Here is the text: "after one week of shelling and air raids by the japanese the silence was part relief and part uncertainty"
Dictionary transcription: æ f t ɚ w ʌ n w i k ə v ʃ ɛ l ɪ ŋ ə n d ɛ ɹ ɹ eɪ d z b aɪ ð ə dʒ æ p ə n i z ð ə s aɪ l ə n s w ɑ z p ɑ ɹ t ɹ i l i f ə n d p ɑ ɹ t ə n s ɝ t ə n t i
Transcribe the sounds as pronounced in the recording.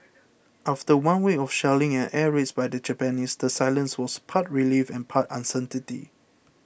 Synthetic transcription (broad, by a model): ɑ f t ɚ w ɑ n w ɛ ə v ʃ ɛ l ɪ ŋ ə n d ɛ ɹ ɹ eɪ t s b aɪ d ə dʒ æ p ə n i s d ə s aɪ l ə n s w ɑ s p ɑ t ɹ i l i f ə n p ɑ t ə n s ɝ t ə t i